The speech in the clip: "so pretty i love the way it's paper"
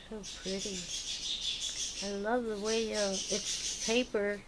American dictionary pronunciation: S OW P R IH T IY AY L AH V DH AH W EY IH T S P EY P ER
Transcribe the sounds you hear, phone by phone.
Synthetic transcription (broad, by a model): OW P R IH T IY AY L AH V DH AH W EY IH T S P EY P ER